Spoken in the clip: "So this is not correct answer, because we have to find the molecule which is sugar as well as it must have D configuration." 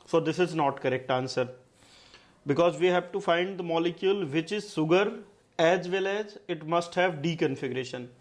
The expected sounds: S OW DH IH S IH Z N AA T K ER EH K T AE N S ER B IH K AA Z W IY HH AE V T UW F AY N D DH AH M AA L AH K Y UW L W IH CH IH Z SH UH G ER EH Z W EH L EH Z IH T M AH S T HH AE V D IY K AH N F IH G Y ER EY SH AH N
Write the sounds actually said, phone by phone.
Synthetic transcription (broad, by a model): S OW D IH S IH Z N AA T K ER EH K T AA N S ER B IH K AA Z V IY HH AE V T UW F AY N D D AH M AA L AH K Y UW L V IH CH IH Z S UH G ER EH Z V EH L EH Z IH T M AH S T HH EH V D IY K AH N F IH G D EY SH AH N